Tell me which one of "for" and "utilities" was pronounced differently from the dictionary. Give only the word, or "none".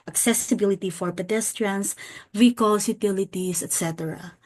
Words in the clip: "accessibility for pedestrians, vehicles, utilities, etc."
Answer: utilities